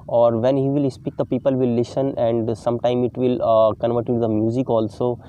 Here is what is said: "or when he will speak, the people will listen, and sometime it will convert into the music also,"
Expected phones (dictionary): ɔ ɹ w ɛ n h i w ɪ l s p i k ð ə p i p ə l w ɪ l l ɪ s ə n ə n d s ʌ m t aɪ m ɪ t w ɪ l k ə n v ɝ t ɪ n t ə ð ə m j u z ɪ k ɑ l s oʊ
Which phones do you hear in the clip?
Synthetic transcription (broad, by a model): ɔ ɹ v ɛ n h i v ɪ l s p i k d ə p i p ə l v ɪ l l ɪ s ə n ə n d s ʌ m t aɪ m ɪ t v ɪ l k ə n v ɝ t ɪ t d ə m j u z ɪ k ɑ l s oʊ